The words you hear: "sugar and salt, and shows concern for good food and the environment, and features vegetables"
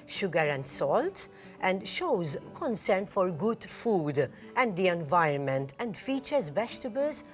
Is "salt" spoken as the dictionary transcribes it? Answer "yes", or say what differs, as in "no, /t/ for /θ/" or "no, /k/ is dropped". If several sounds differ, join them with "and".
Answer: yes